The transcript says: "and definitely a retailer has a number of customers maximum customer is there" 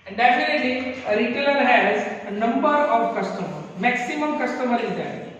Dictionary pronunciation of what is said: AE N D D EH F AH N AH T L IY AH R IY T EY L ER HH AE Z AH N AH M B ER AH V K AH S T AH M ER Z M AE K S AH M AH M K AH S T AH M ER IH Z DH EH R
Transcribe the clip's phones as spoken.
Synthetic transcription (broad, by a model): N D D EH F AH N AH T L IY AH R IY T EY L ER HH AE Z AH N AH M B ER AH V K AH S T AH M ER M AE K S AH M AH M K AH S T AH M ER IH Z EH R